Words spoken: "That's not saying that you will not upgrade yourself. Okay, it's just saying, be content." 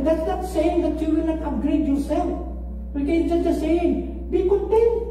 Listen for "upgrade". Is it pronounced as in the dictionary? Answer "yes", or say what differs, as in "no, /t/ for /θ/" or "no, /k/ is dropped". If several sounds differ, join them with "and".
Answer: no, /p/ is dropped